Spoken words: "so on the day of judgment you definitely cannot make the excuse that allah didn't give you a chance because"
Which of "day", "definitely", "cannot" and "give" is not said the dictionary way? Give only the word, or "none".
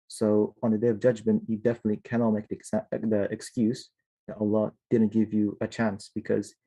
none